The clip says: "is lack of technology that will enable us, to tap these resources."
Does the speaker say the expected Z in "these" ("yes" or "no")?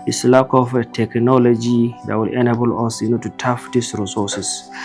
no